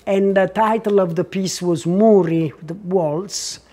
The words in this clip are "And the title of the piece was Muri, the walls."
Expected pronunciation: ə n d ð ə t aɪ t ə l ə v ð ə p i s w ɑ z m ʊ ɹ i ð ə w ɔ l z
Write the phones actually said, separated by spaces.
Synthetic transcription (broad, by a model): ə n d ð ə t aɪ t ə l ə v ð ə p i s w ɑ z m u ɹ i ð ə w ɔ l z